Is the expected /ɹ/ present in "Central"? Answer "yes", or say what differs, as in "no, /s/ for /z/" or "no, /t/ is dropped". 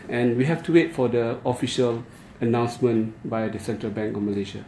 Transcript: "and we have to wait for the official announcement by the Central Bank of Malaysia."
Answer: yes